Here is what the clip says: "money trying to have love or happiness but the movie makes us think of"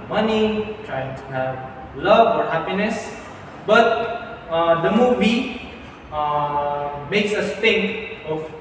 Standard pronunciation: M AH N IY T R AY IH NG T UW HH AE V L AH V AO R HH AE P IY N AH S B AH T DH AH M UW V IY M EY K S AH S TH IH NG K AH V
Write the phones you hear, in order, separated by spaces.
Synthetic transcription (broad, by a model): M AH N IY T R AY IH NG T UW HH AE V L AH V AO R HH AE P IY N AH S B AH T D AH M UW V IY M EY K S AH S T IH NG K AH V